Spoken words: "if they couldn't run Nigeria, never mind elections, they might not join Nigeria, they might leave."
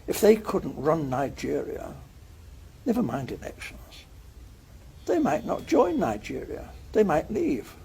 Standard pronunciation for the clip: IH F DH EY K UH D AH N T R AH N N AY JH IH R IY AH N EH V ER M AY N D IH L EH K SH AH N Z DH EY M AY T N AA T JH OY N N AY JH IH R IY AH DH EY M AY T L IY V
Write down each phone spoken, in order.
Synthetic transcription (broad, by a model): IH F DH EY K UH D N T R AH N N AY JH IH R IY AH N EH V ER M AY N D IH N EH K SH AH N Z DH EY M AY T N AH T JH OY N N AY JH IH R IY AH DH EY M AY T L IY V